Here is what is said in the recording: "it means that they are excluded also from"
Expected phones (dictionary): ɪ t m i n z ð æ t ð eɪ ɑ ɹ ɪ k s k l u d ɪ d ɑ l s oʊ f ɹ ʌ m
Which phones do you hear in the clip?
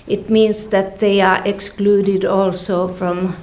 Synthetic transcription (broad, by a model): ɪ t m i n s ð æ t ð eɪ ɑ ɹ ɪ k s k l u d ɪ d ɑ l s oʊ f ɹ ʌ m